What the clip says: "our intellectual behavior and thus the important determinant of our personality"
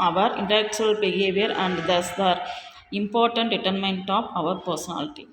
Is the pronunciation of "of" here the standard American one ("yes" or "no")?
yes